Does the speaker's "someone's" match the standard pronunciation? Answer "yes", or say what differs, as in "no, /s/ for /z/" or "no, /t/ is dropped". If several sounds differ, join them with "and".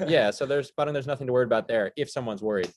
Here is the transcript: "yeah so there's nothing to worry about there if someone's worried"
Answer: yes